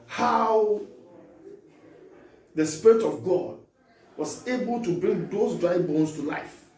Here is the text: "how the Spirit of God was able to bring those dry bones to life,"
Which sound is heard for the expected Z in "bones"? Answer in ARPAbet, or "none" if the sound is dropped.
S